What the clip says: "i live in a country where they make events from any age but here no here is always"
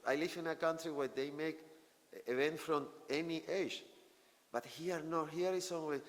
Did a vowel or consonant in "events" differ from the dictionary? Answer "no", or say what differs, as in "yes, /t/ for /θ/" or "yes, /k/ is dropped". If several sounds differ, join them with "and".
yes, /s/ is dropped